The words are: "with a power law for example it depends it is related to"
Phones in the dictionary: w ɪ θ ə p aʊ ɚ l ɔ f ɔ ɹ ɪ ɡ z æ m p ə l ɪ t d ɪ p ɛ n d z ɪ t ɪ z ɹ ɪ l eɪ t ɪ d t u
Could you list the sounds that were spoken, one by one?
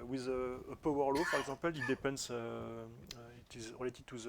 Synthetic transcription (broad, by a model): w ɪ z ə p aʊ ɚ l ɔ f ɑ ɹ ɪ ɡ z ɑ p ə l ɪ t d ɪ p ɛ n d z ɪ t ɪ z ɹ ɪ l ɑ t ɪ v t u